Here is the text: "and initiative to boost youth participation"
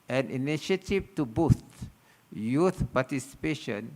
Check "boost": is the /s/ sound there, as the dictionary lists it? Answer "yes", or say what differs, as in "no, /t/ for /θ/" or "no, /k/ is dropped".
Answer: no, /s/ is dropped